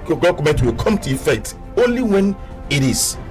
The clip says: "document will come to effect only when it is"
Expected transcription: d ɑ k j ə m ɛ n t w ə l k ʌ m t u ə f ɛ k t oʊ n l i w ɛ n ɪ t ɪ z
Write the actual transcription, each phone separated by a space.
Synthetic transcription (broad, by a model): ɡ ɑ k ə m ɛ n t w ə l k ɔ m t u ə f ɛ t oʊ n l i w ɛ n ɪ t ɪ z